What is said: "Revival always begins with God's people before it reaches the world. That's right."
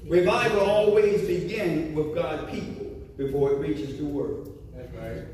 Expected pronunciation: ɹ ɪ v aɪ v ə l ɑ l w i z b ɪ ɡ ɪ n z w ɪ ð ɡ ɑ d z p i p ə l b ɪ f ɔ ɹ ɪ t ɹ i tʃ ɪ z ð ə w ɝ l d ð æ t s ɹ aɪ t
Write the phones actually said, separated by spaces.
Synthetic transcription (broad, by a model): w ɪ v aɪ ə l ɑ l w i z b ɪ ɡ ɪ n w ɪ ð ɡ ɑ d p i p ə l b ɪ f ɔ ɹ ɪ t ɹ i tʃ ɪ z ð ə w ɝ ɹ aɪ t